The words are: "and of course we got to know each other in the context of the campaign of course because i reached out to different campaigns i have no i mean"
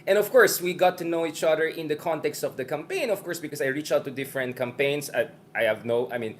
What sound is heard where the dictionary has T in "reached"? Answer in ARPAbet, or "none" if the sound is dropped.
none